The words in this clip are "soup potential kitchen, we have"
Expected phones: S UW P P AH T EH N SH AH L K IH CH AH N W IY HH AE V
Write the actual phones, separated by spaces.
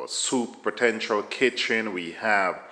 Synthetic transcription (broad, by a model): S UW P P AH T EH N SH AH L K IH CH AH N W IY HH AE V